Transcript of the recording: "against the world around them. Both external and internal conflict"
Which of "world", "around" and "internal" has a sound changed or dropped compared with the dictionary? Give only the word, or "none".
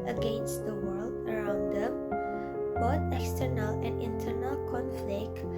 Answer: none